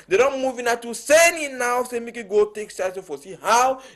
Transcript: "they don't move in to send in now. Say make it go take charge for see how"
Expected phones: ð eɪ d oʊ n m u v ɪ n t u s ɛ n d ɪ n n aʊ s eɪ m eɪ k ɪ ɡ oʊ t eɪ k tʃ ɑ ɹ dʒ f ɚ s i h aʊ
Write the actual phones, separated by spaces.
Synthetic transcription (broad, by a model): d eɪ d oʊ n m u v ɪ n t u s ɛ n ɪ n n aʊ s eɪ m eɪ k ɪ ɡ oʊ t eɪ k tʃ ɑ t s f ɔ s i h aʊ